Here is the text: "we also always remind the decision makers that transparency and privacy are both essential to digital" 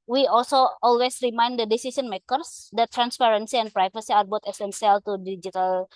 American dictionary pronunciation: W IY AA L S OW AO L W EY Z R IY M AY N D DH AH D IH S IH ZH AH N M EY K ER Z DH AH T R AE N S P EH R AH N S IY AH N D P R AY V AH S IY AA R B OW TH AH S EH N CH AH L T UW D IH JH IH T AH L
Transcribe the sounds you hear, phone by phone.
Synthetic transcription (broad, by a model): W IY AA L S OW AO L W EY S R IY M AY N D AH D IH S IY S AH N M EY K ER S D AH T R AE N S P EH R AH N S IY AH N P R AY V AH S IY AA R B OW T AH S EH N S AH L T UW D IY JH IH T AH L